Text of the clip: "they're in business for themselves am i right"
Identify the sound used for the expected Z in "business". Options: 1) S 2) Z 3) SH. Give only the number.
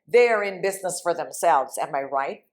2